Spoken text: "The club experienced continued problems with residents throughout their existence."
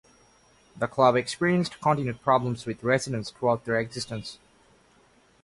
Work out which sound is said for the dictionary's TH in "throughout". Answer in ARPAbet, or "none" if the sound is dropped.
T